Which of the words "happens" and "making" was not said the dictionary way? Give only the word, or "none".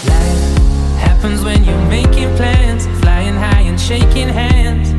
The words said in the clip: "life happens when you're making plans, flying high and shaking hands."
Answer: none